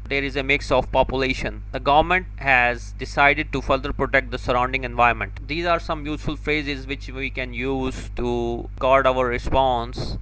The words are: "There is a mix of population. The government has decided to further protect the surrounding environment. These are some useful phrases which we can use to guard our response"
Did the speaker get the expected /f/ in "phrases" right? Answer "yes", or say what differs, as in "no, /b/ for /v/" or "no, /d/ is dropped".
yes